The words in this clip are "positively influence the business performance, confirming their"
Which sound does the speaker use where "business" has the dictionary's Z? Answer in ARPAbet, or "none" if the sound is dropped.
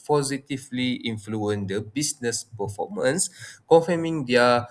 S